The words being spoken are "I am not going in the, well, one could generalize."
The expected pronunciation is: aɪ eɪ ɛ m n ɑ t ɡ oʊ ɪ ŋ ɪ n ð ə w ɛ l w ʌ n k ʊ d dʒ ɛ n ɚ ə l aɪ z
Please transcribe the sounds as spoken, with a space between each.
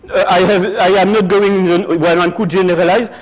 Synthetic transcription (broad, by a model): aɪ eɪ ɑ m n ɑ t ɡ oʊ ɪ ŋ ɪ n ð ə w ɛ n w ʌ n k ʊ d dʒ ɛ n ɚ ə l aɪ z